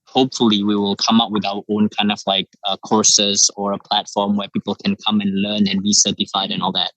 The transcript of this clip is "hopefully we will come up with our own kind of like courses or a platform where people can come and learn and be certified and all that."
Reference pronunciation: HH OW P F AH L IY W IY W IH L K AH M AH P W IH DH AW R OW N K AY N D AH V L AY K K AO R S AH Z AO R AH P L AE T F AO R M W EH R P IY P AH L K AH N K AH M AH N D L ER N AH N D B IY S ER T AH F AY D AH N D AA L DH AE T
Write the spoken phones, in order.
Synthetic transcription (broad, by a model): HH OW P F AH L IY W IY W IH L K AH M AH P W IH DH AW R OW N K AY N D AH V L AY K K AO R S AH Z AO R AH P L AE T F AO R M W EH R P IY P AH L K AH N K AH M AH N L ER N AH N B IY S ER T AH F AY D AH N AA L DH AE T